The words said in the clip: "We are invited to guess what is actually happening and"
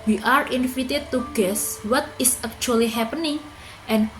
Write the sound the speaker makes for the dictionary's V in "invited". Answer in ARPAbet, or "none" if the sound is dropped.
F